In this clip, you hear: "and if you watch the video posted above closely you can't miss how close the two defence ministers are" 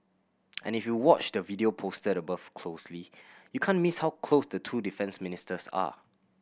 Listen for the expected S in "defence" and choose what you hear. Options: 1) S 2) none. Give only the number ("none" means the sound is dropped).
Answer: 1